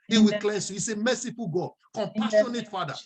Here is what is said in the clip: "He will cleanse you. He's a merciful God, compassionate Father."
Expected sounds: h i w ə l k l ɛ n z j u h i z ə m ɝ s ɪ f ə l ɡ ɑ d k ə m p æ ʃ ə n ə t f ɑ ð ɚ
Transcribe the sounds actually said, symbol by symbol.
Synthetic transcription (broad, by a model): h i w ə k l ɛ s j u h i s ə m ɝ s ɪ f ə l ɡ ɑ d k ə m p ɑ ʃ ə n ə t f ɑ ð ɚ